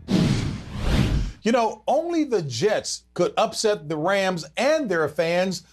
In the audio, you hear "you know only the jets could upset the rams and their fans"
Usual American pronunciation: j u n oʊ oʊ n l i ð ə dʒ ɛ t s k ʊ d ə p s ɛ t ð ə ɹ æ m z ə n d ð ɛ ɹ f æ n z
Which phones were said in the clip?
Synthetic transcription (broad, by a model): j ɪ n oʊ oʊ n l i ð ə dʒ ɛ t s k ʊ d ə p s ɛ t ð ə ɹ æ m z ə n ð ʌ ɹ f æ n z